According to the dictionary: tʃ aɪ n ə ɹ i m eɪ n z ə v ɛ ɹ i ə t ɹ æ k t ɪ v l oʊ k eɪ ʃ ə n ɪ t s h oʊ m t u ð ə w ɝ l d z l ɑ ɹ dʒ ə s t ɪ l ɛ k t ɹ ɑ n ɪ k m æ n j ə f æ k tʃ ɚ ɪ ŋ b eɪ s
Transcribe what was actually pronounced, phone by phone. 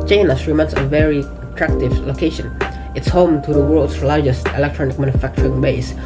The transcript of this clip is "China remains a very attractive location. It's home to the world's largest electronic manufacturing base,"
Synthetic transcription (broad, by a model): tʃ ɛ n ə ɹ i m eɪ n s ə v ɛ ɹ i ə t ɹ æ k t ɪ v l oʊ k eɪ ʃ ə n ɪ t s h oʊ m t u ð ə w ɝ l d s l ɑ ɹ dʒ ə s t ɪ l ɛ k t ɹ ɑ n ɪ k m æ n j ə f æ k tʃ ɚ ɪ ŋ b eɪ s